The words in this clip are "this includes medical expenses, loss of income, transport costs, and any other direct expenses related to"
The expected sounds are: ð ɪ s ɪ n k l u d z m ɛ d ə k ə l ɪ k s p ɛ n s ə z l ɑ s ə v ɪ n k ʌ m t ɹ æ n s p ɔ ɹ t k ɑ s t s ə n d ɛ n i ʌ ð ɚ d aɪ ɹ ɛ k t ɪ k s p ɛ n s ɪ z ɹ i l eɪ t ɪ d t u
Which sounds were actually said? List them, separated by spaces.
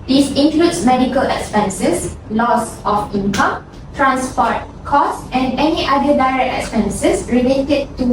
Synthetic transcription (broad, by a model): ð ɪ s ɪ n k l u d s m ɛ d ə k ə l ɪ k s p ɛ n s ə s l ɑ s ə f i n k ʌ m t ɹ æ n s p ɔ t k ɑ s s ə n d ɛ n i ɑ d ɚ d aɪ ɹ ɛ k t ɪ k s p ɛ n s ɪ s ɹ i l eɪ t ɪ d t u